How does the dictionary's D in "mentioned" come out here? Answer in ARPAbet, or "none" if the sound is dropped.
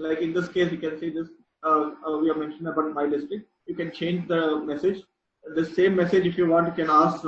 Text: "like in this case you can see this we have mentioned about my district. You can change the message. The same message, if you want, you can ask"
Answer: none